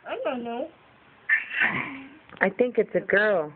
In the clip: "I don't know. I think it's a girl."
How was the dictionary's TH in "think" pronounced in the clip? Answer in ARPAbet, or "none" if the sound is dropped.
TH